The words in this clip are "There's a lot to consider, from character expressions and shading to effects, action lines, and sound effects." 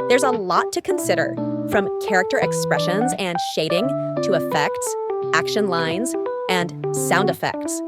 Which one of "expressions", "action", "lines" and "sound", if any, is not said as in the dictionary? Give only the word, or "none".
none